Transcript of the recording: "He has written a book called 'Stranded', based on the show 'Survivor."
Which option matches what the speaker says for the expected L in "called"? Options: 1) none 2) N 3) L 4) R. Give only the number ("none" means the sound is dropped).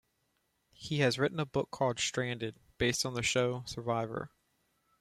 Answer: 1